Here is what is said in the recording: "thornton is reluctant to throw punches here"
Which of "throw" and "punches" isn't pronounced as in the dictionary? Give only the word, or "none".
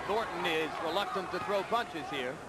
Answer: none